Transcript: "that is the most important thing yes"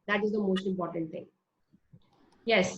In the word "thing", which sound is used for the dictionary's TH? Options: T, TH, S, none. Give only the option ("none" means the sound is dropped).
T